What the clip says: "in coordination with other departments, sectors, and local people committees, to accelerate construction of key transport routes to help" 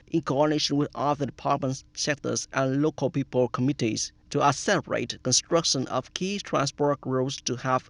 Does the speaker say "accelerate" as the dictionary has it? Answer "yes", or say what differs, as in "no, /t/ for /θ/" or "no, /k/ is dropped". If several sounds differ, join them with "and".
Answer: no, /k/ is dropped